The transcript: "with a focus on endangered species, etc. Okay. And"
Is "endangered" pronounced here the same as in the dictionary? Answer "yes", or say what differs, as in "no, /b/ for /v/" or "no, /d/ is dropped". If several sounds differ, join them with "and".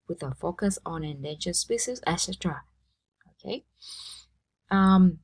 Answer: no, /ʃ/ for /dʒ/